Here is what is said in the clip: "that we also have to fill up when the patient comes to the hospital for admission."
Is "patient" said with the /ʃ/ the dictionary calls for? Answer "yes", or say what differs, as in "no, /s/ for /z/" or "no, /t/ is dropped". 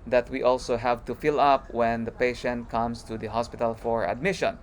yes